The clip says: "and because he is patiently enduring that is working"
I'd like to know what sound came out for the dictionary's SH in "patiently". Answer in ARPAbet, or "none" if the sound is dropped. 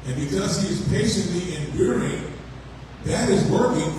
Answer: SH